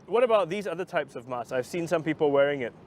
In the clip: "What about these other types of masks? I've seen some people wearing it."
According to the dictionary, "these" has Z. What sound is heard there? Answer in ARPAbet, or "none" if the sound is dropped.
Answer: Z